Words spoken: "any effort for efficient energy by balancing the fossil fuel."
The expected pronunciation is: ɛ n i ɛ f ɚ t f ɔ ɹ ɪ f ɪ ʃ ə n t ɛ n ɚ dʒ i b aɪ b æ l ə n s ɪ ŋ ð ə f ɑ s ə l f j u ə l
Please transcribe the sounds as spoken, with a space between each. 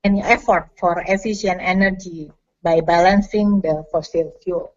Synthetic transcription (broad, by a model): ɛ n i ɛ f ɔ t f ɔ ɹ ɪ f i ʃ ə n ɛ n ɚ dʒ i b aɪ b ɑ l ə n s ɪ ŋ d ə f ɑ s ə l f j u l